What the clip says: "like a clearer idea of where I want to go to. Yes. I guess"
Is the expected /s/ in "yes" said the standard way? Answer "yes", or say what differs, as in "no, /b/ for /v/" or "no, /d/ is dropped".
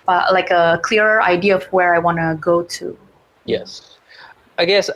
yes